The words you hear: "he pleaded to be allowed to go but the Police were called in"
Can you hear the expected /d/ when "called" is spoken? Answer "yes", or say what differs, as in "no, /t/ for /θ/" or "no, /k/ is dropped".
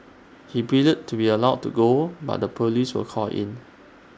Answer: no, /d/ is dropped